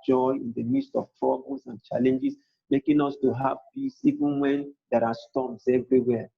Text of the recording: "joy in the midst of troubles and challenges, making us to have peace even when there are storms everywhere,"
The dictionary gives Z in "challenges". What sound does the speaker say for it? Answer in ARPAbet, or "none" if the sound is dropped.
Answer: S